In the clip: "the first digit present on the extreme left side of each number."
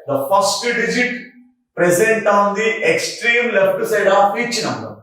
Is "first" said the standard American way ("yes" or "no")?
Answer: no